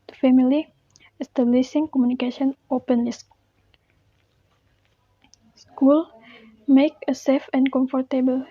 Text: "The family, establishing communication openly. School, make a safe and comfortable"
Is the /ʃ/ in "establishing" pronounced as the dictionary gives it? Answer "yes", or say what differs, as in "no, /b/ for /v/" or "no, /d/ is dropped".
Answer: no, /s/ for /ʃ/